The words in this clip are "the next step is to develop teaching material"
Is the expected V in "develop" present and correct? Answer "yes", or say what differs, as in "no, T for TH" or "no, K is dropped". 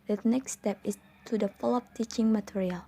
no, F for V